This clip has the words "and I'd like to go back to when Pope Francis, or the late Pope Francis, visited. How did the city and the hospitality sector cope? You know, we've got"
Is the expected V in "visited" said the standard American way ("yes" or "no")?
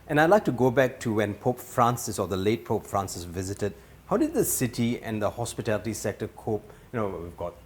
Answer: yes